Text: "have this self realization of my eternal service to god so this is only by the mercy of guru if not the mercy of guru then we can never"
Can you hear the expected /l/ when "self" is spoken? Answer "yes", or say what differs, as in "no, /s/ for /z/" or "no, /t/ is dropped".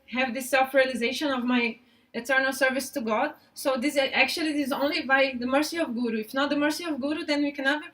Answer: yes